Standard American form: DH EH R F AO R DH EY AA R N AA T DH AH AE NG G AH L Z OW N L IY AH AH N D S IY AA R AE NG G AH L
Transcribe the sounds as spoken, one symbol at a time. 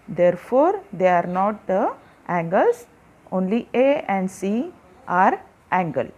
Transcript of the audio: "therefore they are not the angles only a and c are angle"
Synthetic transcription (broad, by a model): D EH R F AO R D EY AA R N AA T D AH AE NG G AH L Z OW N L IY AH AH N D S IY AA R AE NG G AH L